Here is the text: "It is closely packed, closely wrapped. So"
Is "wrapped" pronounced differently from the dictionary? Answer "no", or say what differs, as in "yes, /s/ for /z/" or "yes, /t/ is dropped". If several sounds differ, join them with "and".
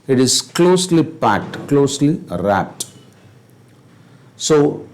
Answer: yes, /p/ is dropped